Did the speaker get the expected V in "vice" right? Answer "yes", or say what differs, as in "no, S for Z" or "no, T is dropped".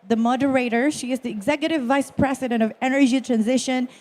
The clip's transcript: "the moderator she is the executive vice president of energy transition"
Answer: yes